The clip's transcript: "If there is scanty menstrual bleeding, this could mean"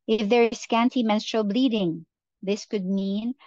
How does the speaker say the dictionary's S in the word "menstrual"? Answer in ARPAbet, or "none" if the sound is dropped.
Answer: S